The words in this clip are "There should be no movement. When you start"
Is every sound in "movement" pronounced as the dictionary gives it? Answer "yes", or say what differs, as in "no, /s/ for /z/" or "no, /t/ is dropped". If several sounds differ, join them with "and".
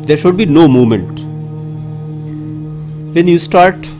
no, /v/ is dropped